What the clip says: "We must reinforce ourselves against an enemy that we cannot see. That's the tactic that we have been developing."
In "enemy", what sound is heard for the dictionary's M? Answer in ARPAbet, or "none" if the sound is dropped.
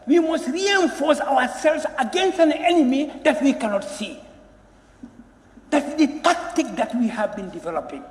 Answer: M